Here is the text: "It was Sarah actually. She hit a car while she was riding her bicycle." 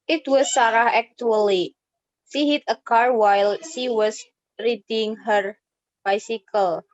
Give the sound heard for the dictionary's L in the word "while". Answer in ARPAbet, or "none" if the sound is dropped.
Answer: L